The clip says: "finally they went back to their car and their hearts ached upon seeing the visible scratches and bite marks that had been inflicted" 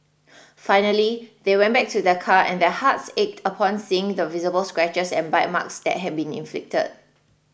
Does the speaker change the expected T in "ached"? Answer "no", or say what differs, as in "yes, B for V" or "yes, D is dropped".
no